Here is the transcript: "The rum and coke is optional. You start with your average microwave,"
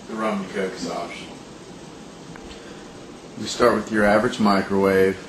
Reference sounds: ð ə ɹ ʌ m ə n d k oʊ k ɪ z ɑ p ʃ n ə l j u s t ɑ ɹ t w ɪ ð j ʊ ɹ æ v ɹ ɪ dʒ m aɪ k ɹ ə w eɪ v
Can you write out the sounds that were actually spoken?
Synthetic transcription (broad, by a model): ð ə ɹ ʌ m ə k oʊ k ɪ s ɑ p ʃ ə n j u s t ɑ ɹ t w ɪ ð j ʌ ɹ æ v ɹ ɪ dʒ m aɪ k ɹ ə w eɪ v